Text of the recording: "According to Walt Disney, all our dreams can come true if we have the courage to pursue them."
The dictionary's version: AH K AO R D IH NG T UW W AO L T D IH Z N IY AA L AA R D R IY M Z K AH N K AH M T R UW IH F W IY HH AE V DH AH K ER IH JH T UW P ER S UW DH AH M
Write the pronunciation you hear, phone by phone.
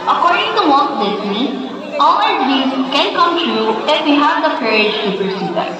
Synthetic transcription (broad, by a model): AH K AO R D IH NG T UW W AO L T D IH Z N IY AA L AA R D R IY Z K AH N K AH M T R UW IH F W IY HH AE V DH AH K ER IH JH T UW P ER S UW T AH